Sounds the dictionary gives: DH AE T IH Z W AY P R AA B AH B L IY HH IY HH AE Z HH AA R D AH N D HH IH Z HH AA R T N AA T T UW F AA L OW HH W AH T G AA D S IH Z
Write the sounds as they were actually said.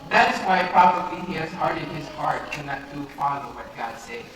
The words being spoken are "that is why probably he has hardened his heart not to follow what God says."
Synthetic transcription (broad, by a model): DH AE T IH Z W AY P R AA B AH B L IY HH IY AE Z HH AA R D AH D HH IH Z HH AA R T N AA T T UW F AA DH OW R W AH T G AA D S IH